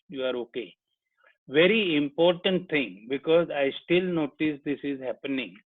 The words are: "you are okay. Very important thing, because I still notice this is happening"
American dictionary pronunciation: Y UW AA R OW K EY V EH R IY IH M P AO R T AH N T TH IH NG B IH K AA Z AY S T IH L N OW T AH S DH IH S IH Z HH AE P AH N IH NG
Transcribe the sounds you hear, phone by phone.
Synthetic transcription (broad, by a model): Y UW AA R OW K EY V EH R IY IH M P AO R T AH N T T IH NG B IH K AA Z AY S T IH L N OW T AH S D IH S IH Z HH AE P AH N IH NG